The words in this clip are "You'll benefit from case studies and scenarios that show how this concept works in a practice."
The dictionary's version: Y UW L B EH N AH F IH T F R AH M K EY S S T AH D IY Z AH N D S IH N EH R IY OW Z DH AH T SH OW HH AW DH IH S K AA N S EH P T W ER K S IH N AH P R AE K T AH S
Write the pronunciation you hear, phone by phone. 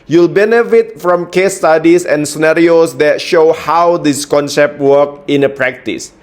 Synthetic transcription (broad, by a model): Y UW L B EH N AH F IH T F R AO M K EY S S T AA D IY S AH N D S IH N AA R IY OW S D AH T SH OW HH AW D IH S K AA N S EH P T W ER K IH N AH P R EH K T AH S